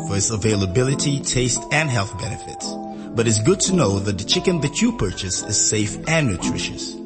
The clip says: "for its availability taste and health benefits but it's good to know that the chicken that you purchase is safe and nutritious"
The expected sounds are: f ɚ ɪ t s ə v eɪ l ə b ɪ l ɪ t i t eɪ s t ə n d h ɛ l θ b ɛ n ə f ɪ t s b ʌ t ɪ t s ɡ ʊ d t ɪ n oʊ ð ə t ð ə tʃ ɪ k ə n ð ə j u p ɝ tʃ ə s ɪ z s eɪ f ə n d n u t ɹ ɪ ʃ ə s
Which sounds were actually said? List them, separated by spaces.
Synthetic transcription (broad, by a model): f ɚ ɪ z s ə v eɪ l ə b ɪ l ɪ t i t eɪ s t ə n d h ɛ l θ b ɛ n ə f ɪ t s b ʌ t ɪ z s ɡ ʊ d t ɪ n oʊ ð ə t ð ə tʃ ɪ k ə n ð ə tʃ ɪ p ɝ tʃ ə s ɪ z s eɪ f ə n n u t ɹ ɪ ʃ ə s